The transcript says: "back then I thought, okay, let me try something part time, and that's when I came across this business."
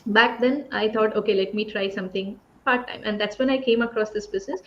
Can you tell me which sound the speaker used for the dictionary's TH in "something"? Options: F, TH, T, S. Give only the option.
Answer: T